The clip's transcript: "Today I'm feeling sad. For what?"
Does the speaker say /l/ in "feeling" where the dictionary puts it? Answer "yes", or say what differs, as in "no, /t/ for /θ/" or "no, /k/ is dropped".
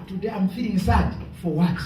no, /l/ is dropped